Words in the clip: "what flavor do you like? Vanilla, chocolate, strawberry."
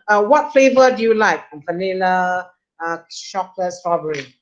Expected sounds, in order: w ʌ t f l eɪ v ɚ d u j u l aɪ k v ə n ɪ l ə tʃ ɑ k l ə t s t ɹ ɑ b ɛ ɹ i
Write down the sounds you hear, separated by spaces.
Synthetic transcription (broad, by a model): w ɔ t f l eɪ v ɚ d u j u l aɪ k f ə n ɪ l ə ʃ ɑ k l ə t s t ɹ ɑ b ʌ ɹ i